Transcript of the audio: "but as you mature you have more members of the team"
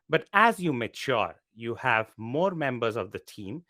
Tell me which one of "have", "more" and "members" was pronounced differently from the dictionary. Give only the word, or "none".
none